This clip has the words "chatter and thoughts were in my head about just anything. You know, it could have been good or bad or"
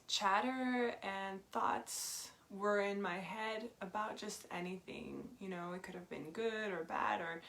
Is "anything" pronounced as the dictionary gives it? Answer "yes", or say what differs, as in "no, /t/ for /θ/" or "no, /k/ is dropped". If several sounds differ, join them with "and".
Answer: yes